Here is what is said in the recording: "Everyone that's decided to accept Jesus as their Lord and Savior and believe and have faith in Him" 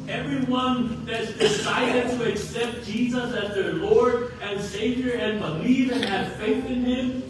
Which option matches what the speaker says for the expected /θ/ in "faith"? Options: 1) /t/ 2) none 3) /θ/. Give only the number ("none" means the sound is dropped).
3